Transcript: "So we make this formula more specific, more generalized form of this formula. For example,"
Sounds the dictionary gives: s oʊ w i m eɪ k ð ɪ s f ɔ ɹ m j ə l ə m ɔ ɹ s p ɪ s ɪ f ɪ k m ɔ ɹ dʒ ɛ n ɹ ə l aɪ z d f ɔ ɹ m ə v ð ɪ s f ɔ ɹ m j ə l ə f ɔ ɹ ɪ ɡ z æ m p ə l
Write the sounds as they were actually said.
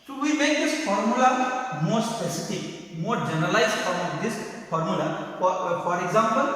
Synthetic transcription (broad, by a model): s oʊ w i m eɪ k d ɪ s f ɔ ɹ m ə l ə m ɔ ɹ s p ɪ s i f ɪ k m ɔ ɹ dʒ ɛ n ə l aɪ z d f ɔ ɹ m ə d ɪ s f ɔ ɹ m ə l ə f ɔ ɹ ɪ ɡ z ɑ m p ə l